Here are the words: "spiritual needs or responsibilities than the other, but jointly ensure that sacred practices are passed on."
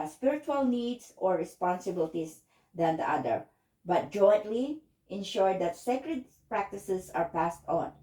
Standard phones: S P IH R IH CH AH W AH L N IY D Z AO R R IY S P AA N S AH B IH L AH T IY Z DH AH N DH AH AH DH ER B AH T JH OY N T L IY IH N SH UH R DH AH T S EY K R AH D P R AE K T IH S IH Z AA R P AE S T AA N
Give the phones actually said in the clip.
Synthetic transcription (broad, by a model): S P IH R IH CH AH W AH L N IY D S AO R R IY S P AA N S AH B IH L T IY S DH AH N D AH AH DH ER B AH T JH OY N T L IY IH N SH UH R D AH T S EY K R AH D P R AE K T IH S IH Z AA R P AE S T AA N